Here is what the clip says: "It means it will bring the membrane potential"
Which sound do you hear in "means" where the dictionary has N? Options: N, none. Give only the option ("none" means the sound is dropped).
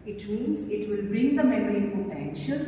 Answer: N